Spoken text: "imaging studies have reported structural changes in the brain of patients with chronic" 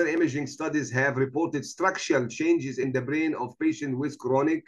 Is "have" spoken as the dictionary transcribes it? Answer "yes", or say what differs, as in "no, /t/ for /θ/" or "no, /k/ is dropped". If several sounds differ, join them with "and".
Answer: yes